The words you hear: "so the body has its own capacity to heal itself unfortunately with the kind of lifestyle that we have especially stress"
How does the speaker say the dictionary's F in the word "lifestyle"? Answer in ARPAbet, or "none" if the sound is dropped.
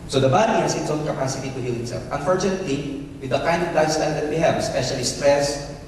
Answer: none